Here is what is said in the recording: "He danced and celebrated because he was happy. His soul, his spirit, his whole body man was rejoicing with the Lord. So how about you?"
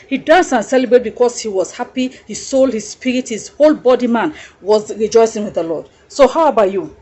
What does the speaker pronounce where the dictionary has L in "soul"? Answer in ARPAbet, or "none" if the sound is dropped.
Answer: L